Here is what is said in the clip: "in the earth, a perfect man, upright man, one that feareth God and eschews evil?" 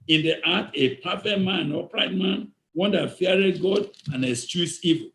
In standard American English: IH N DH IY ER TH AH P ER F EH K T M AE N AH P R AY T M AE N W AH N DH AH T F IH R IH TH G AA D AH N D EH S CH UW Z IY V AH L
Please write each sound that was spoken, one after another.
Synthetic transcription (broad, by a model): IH N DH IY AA T AH P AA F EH T M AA N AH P R AY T M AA N W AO N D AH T F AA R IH T G AA D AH N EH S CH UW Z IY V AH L